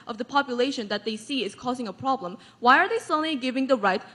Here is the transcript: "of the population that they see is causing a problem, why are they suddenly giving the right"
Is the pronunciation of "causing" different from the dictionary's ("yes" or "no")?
no